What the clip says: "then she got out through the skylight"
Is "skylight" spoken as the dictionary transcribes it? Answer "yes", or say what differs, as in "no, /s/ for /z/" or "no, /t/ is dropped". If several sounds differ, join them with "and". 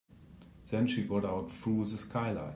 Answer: no, /t/ is dropped